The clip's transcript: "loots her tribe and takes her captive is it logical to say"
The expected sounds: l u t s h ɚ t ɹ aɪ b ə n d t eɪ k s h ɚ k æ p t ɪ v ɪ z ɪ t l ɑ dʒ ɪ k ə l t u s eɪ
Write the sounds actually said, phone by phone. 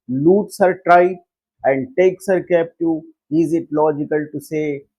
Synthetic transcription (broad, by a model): l u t s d t ɹ aɪ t ə n d t eɪ k s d k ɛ p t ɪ ɪ z ɪ t l ɑ dʒ ɪ k ə l t u s eɪ